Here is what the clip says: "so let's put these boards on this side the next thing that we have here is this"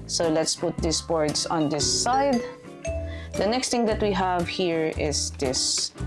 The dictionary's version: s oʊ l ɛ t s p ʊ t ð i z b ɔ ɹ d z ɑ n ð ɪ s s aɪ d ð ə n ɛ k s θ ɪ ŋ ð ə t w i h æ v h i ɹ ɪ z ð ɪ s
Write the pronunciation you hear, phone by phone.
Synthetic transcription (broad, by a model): s oʊ l ɛ t s p ʊ t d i s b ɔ ɹ d s ɑ n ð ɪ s s aɪ d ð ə n ɛ k s t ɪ ŋ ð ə t w i h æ v h i ɹ ɪ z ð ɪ s